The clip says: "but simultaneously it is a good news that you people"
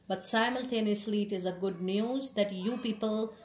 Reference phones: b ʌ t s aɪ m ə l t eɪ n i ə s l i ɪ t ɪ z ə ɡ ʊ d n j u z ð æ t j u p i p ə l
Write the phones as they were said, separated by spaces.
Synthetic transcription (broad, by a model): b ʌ t s aɪ m ə l t eɪ n i ə s l i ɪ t ɪ z ə ɡ ʊ d n j u z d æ t j u p i p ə l